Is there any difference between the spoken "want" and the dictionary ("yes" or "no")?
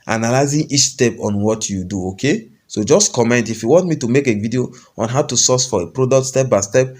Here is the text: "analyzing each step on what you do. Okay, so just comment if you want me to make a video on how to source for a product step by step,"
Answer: no